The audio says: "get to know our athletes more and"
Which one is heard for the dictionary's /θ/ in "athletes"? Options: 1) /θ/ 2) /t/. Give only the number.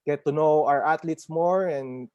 2